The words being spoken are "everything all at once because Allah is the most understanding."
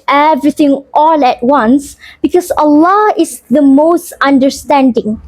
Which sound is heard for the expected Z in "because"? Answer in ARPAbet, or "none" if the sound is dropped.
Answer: S